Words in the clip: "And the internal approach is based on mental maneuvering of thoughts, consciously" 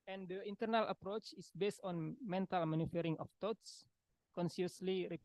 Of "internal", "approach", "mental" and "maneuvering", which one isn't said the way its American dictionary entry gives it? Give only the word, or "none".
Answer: maneuvering